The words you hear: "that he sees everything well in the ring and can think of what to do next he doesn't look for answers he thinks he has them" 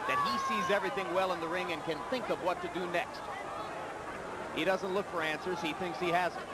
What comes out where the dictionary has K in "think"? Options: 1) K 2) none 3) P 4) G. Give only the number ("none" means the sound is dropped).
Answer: 1